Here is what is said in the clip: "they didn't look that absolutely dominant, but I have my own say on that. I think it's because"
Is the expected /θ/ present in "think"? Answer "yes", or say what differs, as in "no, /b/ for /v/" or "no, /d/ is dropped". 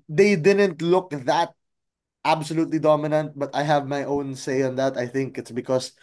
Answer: yes